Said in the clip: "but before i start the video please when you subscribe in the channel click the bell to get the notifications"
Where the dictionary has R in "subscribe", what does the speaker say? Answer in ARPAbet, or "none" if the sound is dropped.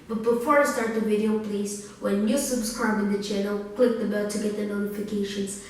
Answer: none